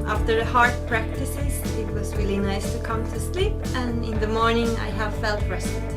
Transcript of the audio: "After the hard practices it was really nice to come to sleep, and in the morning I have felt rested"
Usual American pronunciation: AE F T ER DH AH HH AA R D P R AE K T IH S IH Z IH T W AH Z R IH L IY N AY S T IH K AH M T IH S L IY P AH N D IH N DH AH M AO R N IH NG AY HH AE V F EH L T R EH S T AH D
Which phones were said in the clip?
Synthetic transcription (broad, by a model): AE F T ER DH AH HH AA R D P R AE K T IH S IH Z IH T W AH Z W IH L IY N AY S T IH K AH M T IH S L IY P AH N IH N DH AH M AO R N IH NG AY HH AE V F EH L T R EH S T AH